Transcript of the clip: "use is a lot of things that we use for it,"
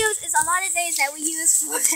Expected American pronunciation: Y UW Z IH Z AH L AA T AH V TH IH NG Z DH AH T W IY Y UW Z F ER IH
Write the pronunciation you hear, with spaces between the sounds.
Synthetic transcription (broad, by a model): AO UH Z IH Z AH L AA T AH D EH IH Z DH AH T W IY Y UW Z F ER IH